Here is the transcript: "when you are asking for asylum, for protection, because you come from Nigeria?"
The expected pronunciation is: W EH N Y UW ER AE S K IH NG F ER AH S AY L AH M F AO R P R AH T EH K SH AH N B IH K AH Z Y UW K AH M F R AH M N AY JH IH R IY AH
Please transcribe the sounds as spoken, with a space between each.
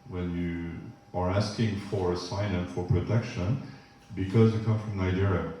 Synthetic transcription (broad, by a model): W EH N Y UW ER AE S K IH NG F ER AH S AY N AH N F AO R P R AH T EH K SH AH N B IH K AH Z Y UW K AH M F R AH M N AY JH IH R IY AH